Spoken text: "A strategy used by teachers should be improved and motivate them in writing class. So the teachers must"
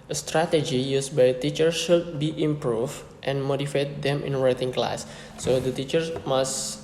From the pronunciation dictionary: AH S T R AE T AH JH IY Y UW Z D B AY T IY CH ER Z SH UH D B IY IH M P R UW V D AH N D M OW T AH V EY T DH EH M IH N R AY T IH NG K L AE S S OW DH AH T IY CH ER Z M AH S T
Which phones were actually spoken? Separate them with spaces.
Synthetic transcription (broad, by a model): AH S T R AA T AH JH IY Y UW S B AY T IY CH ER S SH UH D B IY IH M P R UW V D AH N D M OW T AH F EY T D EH M IH N R AY T IH NG K L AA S S OW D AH T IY CH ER S M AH S